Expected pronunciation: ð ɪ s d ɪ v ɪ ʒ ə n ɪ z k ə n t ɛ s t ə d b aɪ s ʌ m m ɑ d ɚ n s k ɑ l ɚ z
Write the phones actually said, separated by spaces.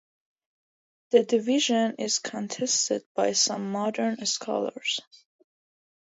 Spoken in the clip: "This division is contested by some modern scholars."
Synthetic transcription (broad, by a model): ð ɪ d ɪ v ɪ ʒ ə n ɪ z k ə n t ɛ s t ə d b aɪ s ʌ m m ɑ d ɚ n s k ɑ l ɚ z